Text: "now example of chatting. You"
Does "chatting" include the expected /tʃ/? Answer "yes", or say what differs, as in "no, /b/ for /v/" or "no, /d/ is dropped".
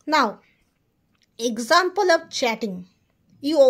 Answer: yes